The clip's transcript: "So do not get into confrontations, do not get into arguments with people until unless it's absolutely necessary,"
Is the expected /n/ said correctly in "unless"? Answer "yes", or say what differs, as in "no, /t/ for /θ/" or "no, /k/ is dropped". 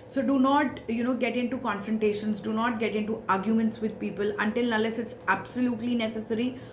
no, /n/ is dropped